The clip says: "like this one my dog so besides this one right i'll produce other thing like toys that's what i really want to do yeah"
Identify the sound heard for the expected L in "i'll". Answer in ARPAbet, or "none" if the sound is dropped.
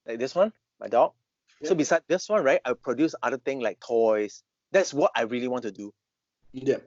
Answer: W